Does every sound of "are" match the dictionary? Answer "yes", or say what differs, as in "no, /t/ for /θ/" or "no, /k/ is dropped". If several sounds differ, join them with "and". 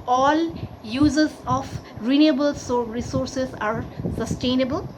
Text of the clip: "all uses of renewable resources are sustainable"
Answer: yes